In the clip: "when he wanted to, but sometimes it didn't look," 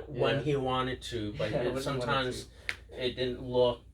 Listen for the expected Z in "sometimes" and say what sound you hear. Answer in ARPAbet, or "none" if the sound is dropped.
Z